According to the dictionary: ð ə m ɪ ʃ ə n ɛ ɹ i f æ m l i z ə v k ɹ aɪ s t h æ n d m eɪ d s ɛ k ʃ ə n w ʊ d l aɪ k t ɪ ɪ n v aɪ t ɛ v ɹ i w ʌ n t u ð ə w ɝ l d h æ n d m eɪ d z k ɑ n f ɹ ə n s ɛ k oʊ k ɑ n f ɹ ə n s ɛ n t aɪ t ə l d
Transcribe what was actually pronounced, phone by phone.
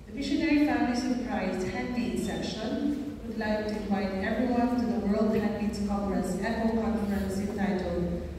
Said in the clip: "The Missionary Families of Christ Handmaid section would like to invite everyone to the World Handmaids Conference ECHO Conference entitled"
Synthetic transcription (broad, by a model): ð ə m ɪ ʃ ə n ɛ ɹ i f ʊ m l i s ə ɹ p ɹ aɪ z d h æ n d i s ɛ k ʃ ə n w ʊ d l aɪ k t ɪ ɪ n v aɪ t ɛ v ɹ i w ʌ n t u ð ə w ɝ l d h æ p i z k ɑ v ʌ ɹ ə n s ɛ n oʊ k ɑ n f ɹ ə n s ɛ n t aɪ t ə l